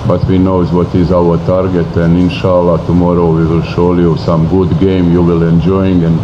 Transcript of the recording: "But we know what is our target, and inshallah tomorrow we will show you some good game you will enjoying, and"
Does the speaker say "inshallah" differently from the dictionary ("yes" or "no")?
no